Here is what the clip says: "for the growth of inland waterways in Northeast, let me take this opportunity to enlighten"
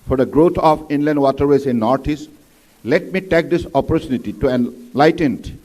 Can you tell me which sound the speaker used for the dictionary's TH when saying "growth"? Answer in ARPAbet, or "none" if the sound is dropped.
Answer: T